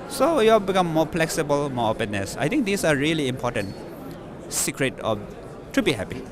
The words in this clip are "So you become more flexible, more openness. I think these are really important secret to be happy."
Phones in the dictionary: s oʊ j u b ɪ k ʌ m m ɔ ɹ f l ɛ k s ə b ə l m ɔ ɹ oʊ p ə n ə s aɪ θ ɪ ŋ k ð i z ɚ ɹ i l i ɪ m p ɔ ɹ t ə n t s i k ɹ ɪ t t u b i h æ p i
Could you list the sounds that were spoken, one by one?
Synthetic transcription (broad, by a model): s oʊ j u b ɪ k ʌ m m ɔ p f l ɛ k s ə b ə l m ɔ ɹ oʊ p ə n ə s aɪ t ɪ ŋ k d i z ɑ ɹ i l i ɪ m p ɔ t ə n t s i k ɹ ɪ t t u b i h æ p i